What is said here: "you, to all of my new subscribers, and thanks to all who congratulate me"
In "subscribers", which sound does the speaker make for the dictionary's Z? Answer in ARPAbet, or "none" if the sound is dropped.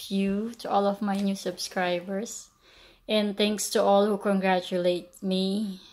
S